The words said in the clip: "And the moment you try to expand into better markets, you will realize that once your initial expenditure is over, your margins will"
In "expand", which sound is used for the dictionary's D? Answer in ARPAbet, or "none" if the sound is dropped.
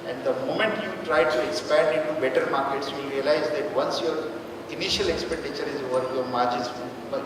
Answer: D